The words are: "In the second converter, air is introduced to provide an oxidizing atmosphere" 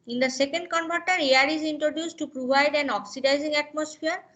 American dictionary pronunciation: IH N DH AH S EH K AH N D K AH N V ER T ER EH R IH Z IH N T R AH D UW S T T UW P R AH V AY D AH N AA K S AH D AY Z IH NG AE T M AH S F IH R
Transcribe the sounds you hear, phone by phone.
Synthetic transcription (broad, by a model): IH N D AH S EH K AH N D K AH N B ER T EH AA R IH Z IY N T R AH D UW S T T UW P R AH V AY D AH N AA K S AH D AY Z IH NG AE T M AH S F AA R